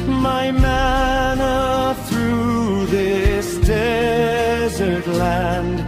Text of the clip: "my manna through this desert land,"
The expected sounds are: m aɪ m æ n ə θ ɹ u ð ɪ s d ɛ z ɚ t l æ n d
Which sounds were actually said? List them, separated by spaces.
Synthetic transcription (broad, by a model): m aɪ m æ n ə θ ɹ u ð ɪ s d ɛ z ɚ t l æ n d